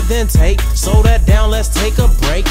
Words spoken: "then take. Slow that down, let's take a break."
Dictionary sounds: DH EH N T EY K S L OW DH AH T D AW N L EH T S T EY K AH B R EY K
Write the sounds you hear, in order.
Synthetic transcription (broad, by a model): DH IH N T EY K S OW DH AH T D AW N L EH T S T EY K AH B R EY K